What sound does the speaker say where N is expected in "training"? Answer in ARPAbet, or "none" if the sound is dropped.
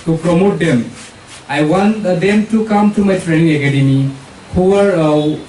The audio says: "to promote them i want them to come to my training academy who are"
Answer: N